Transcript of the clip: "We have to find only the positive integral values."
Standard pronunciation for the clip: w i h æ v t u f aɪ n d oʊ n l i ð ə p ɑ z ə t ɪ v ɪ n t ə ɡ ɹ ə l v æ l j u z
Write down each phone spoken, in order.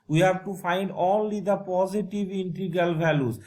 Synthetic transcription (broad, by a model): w i h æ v t u f aɪ n d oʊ l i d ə p ɑ z ə t ɪ v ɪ n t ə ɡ ə l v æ l j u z